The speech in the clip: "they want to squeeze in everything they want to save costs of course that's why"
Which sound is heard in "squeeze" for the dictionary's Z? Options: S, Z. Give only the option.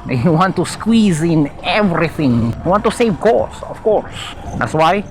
Z